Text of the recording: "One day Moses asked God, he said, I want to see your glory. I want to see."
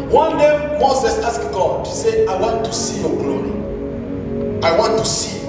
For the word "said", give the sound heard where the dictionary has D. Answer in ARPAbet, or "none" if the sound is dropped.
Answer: none